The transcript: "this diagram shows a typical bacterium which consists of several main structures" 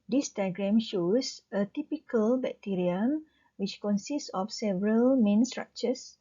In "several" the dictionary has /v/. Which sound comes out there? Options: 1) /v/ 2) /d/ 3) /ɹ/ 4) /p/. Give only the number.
1